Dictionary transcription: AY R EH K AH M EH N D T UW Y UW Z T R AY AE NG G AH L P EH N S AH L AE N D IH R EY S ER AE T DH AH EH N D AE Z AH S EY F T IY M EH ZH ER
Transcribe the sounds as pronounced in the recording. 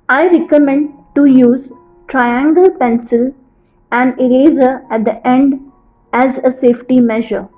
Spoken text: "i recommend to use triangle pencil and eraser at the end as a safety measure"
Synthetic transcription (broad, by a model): AY R EH K AH M EH N D T UW Y UW Z T R AY AE NG G AH L P EH N S AH L AE N D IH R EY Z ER AE T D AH EH N D AE Z AH S EY F T IY M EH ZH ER